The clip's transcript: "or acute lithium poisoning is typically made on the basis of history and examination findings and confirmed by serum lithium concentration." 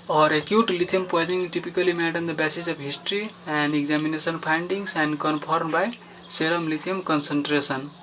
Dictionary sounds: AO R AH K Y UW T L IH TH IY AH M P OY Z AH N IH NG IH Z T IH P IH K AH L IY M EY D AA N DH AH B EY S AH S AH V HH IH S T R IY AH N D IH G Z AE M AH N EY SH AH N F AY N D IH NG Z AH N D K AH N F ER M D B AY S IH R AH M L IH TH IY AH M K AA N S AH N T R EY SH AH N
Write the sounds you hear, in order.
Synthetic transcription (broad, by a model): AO R AH K Y UW T L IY T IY M P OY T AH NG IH T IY P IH K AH L IY M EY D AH N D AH B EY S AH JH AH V HH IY S T R IY AH N D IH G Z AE M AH N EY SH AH N P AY N D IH NG S AH N D K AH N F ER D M B AY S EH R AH M L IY T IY M K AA N S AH N T R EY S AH N